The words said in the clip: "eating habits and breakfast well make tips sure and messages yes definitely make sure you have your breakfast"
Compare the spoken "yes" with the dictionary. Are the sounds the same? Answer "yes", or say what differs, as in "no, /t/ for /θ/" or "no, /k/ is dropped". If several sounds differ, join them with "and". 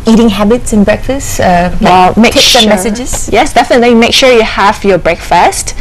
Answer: yes